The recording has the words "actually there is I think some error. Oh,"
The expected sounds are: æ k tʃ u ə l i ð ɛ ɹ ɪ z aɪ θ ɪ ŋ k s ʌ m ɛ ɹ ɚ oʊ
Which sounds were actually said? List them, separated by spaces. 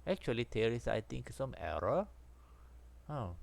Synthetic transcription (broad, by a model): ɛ k tʃ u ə l i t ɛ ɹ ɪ s aɪ t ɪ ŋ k s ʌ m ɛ ɹ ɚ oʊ